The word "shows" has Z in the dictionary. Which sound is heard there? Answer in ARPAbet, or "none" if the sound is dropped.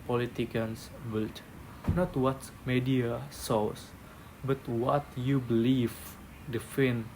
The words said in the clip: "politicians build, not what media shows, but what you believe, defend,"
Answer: S